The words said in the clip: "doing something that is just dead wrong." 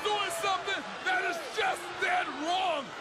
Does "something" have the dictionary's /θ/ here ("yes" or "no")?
yes